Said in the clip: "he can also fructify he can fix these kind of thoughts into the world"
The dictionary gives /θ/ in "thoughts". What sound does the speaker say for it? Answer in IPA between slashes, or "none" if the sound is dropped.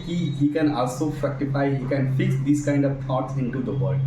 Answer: /t/